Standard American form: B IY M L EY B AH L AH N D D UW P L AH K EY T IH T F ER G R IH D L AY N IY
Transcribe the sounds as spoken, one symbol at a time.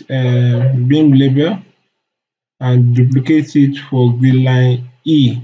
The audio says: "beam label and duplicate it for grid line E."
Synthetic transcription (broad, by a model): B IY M L EY B AH L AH N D D UW P L AH K EY T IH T F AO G IY L AY N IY